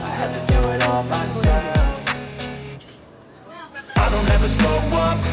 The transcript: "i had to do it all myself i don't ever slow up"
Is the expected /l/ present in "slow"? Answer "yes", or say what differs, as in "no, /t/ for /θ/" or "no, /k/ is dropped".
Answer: no, /l/ is dropped